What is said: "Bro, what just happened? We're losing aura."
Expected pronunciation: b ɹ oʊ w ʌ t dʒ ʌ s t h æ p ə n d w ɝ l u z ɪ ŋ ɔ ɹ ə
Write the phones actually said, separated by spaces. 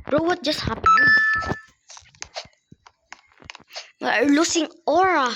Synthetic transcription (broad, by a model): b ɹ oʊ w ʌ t dʒ ʌ s t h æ p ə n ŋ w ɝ l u s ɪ ŋ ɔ ɹ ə